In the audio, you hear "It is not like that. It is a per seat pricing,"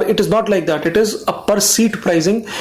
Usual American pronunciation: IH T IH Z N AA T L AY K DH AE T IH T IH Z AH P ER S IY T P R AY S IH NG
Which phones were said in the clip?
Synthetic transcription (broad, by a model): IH T IH Z N AA T L AY K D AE T IH T IH Z AH P ER S IY T P R AY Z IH NG